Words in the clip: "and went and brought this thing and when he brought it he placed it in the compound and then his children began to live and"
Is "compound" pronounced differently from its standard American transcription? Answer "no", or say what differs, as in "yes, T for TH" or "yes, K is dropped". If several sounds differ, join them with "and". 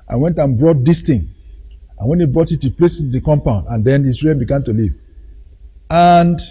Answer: no